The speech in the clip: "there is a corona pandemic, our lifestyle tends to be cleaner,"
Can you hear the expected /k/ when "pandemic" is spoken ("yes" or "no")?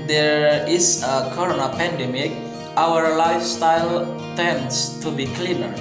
yes